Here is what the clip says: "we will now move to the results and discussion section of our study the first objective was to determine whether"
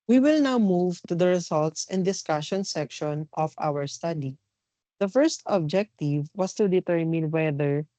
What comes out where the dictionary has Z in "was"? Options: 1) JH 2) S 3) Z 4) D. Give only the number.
2